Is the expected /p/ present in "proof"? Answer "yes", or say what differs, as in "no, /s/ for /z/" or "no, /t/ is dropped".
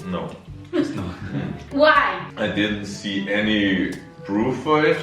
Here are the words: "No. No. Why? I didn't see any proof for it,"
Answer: no, /b/ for /p/